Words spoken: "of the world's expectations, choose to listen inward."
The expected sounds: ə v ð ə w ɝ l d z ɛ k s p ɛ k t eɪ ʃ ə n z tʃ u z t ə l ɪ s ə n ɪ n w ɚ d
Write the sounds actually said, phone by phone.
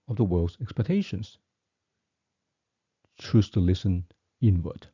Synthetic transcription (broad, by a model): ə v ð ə w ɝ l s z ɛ k s p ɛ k t eɪ ʃ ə n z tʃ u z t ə l ɪ s ə n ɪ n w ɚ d